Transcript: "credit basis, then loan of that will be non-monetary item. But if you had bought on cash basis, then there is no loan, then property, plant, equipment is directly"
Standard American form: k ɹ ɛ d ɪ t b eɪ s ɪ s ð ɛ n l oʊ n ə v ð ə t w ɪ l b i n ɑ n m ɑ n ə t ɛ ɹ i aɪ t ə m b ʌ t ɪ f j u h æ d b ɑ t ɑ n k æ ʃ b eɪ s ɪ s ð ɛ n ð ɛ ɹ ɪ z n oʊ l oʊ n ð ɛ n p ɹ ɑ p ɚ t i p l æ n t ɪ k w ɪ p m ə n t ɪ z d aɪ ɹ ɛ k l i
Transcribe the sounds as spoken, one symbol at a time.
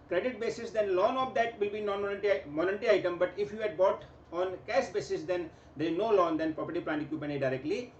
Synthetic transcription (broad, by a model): k ɹ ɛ d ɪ t b eɪ s ɪ s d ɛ n l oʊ n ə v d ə t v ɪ l b i n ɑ n m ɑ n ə t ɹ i aɪ t ə m b ʌ t ɪ f j u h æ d b ɑ t ɑ n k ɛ s b eɪ s ɪ s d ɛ n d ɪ n oʊ l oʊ n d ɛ n p ɹ ɑ p ɚ t i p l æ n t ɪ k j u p ə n ɪ d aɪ ɹ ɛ k l i